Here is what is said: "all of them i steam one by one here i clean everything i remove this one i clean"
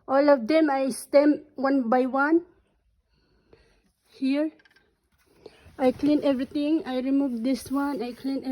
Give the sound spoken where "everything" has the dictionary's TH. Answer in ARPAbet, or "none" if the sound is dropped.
T